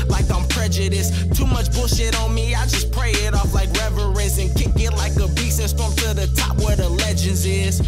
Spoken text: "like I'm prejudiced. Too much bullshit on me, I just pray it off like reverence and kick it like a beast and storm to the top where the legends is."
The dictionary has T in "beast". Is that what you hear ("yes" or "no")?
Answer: no